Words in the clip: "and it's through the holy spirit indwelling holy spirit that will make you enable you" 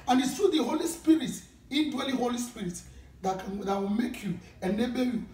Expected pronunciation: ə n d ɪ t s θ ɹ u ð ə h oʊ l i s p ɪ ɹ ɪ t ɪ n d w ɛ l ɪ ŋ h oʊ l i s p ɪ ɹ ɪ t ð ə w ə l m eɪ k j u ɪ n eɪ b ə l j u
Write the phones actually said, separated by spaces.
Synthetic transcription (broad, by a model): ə n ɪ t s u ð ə h oʊ l i s p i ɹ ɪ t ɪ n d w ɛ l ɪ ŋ h oʊ l i s p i ɹ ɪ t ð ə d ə w m eɪ k j u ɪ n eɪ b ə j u